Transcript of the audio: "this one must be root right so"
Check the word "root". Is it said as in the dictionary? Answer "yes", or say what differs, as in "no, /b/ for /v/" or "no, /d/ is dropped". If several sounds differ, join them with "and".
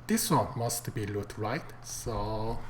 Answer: no, /l/ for /ɹ/